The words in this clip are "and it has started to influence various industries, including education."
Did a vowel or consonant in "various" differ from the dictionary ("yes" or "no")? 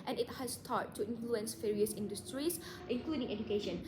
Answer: yes